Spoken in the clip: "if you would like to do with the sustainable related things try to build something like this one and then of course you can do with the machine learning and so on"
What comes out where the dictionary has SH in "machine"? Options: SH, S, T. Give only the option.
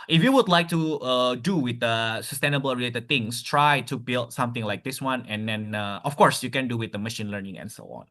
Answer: SH